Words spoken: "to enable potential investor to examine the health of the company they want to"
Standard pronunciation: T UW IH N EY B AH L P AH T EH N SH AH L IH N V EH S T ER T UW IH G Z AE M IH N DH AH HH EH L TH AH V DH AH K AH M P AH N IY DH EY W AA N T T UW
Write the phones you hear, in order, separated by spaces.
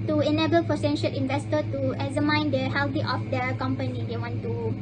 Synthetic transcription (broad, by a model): T UW IH N EY B AH L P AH S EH N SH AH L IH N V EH S T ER T UW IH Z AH M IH N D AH HH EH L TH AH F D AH K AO M P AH N IY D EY W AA N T T UW